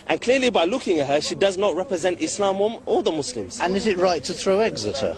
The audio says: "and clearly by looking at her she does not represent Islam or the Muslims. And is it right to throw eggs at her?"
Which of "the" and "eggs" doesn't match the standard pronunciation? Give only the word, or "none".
none